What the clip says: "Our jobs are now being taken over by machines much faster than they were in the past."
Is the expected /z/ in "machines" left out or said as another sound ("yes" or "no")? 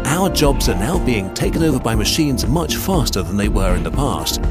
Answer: no